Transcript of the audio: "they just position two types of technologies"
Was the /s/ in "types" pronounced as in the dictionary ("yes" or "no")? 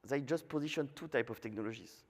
no